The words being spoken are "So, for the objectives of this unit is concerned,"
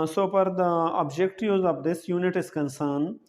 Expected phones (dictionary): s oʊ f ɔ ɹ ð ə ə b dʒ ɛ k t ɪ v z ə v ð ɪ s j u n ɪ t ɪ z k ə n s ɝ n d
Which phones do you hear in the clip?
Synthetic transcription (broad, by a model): s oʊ p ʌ ɹ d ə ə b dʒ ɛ k t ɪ z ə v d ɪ s j u n ɪ t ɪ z k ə n s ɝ n